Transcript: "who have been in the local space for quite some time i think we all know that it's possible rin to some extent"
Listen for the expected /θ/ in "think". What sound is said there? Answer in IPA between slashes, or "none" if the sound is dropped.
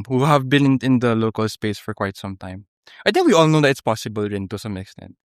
/t/